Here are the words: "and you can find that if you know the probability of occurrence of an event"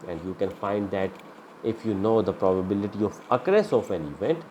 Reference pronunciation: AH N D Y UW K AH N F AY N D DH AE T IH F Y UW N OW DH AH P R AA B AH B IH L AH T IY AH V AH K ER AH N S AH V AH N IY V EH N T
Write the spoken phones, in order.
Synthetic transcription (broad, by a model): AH N D Y UW K AH N F AY N D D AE T IH F Y UW N OW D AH P R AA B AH B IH L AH T IY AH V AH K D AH S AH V AH N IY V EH N T